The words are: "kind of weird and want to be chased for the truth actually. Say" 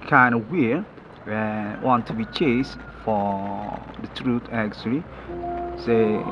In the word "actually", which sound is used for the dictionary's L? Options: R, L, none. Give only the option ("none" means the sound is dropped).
L